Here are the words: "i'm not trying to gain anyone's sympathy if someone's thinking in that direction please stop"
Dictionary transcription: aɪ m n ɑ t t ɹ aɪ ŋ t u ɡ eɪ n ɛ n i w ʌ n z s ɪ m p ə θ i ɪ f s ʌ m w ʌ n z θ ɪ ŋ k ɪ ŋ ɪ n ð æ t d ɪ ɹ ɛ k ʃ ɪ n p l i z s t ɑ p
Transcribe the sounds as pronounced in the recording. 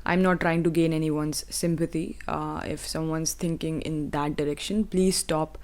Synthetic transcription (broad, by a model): aɪ m n ɑ t t ɹ aɪ ŋ t u ɡ eɪ n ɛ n i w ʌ n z s ɪ m p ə t i ɪ f s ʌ m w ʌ n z t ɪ ŋ k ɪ ŋ ɪ n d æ t d ɪ ɹ ɛ k ʃ ɪ n p l i z s t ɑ p